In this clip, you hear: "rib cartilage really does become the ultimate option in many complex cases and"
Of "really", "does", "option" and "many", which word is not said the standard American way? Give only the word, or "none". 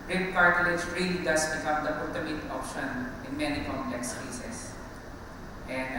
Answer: does